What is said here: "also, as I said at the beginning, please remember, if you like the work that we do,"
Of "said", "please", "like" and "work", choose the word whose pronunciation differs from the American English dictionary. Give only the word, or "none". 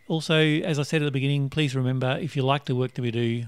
none